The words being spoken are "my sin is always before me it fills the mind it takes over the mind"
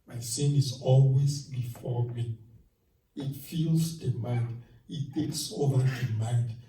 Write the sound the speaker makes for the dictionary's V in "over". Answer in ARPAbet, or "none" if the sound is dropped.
V